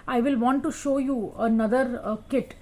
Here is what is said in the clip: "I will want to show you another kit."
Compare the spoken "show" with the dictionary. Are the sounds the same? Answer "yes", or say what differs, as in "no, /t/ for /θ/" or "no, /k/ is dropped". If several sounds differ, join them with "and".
yes